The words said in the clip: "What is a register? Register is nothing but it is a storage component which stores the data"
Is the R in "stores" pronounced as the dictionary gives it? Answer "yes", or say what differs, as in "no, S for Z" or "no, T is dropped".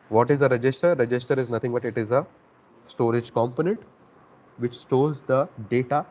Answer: no, L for R